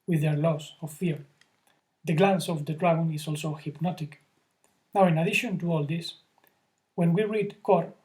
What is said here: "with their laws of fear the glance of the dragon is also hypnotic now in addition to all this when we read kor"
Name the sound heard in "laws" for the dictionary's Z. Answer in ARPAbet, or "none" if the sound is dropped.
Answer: S